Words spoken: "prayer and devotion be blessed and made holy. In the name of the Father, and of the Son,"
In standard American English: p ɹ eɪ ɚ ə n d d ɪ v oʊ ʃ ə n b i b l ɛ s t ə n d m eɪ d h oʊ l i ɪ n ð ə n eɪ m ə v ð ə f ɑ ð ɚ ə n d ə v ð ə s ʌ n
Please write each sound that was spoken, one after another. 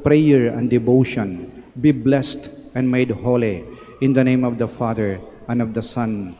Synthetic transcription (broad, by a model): p ɹ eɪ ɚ ə n d d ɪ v oʊ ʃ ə n b i b l ɛ s t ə n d m eɪ d h oʊ l i ɪ n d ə n eɪ m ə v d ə f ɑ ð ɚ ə n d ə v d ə s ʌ n